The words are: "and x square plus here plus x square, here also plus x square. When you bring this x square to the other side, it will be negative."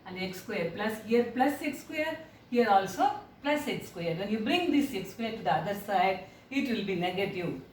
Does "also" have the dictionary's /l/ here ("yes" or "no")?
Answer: yes